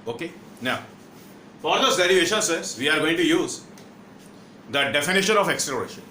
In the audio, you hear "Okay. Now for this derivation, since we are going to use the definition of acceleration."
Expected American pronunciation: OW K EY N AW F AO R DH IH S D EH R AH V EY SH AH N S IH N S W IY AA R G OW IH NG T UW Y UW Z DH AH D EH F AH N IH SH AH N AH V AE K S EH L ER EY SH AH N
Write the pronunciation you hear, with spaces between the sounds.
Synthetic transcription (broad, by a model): OW K EY N AW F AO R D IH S D EH R AH V EY SH AH N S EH S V IY AA R G OW IH NG T UW Y UW Z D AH D EH F AH N IH SH AH N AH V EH K S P L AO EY SH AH N